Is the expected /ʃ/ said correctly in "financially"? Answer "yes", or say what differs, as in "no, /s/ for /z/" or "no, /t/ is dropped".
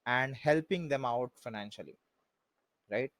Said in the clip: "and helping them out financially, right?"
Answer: yes